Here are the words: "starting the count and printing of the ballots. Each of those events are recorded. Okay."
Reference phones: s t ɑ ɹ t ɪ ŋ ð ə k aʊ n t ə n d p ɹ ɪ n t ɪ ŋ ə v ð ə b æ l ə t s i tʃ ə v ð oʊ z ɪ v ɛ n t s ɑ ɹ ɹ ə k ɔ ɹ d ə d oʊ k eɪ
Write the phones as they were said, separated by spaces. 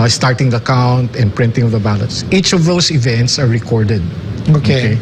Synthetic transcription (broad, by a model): s t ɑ ɹ t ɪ ŋ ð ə k aʊ n t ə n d p ɹ ɪ n t ɪ ŋ ə v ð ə b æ l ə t s i tʃ ə v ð oʊ s ɪ v ɛ n t s ɑ ɹ ɹ ə k ɔ ɹ d ə d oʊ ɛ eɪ